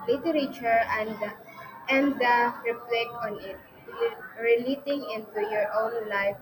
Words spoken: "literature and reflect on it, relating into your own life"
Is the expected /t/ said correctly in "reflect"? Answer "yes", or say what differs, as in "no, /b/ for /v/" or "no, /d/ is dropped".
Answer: no, /t/ is dropped